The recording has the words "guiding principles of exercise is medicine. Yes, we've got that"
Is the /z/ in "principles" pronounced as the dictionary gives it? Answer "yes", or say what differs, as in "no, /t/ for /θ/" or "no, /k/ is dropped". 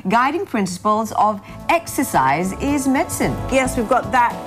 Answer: yes